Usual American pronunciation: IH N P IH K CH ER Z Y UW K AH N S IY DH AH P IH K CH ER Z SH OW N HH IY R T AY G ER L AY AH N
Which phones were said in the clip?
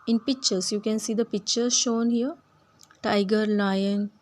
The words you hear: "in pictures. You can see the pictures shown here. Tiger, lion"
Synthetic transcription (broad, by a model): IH N P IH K CH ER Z Y UW K AH N S IY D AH P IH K CH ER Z SH OW N HH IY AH T AY G ER L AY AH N